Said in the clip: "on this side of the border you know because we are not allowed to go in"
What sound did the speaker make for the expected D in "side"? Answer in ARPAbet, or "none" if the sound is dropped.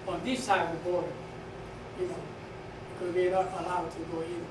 none